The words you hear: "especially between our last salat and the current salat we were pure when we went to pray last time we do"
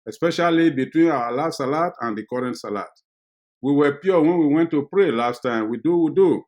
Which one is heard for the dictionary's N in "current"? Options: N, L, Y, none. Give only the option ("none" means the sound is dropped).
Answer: N